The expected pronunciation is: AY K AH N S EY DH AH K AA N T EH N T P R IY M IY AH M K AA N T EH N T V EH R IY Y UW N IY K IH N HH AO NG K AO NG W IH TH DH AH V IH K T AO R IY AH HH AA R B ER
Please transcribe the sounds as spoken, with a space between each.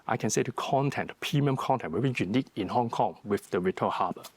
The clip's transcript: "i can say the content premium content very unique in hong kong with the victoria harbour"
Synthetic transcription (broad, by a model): AY K AH N S EY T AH K AA N T EH N T P IY M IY M K AA N T EH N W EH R IY Y UW N IY K IH N HH AO NG K AO NG W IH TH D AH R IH T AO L HH AA B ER